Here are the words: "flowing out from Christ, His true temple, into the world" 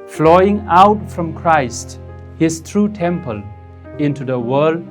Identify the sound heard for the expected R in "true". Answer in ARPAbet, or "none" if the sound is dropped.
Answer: R